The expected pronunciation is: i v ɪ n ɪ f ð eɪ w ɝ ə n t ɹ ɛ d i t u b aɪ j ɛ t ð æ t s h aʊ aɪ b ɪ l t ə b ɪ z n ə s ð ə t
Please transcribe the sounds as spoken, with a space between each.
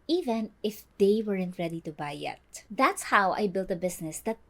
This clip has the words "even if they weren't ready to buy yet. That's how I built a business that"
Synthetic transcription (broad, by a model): i v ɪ n ɪ f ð eɪ w ɝ ə n t ɹ ɛ d i t u b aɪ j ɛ t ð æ t s h aʊ aɪ b ɪ l t ə b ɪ s n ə s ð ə t